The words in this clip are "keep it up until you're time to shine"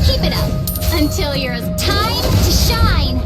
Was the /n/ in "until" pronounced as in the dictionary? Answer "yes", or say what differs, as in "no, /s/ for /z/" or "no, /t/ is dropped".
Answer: yes